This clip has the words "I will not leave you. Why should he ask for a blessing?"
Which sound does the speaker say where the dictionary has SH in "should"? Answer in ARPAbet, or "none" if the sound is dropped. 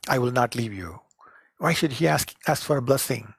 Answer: SH